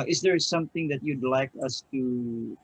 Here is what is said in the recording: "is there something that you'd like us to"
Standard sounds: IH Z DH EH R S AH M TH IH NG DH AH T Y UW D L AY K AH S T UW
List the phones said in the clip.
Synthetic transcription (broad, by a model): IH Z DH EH R S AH M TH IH NG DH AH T Y UW D L AY K AH S T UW